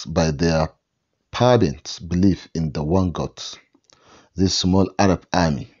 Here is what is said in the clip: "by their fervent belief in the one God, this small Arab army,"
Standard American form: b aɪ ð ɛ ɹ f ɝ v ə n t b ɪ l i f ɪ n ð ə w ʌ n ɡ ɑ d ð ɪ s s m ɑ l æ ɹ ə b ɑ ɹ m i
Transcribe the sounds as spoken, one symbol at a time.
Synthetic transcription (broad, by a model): b aɪ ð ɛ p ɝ b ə n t b ɪ l i f ɪ n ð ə w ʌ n ɡ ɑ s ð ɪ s s m ɑ l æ ɹ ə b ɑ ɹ m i